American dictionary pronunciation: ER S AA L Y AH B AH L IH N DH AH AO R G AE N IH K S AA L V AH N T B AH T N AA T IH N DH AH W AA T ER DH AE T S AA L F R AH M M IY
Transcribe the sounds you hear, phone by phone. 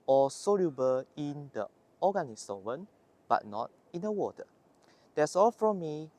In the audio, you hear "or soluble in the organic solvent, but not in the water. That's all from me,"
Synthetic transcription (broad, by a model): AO S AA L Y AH B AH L IH N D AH AO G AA N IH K S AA V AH N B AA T N AA T IH N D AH W AA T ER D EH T S AA L F R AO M M IY